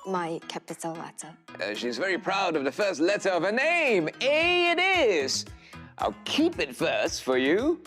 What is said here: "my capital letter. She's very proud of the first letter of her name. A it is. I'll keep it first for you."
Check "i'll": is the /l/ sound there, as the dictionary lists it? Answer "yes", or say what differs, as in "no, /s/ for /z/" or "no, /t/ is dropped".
yes